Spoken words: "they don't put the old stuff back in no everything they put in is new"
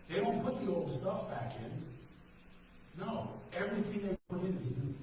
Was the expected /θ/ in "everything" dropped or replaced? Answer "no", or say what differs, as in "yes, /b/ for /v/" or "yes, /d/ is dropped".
no